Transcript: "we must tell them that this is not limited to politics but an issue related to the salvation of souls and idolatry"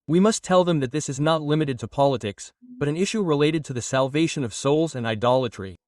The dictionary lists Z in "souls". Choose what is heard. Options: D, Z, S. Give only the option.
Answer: Z